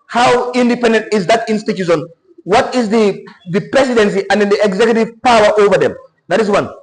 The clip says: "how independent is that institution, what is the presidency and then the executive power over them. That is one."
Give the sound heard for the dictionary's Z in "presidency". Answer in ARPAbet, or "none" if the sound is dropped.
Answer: S